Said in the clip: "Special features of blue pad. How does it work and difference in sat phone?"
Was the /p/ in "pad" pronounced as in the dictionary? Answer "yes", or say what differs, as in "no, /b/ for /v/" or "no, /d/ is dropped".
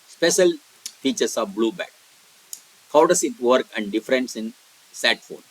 no, /b/ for /p/